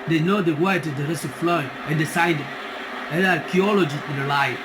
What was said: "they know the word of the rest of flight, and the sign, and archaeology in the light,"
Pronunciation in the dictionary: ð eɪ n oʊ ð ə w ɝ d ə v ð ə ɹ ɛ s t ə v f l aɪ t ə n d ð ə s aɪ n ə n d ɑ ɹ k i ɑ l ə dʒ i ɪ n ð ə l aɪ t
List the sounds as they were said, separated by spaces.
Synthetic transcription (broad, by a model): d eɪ n oʊ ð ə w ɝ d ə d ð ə ɹ ɛ s t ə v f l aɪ ə n d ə s aɪ n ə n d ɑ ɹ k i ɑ l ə dʒ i ɪ n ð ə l aɪ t